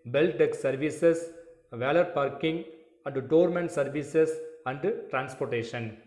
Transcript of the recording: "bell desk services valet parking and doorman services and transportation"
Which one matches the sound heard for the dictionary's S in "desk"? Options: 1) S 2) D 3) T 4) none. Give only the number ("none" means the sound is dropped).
4